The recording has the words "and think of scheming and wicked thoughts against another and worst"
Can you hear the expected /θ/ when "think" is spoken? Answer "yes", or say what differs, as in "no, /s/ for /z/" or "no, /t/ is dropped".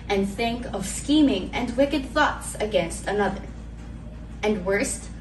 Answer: yes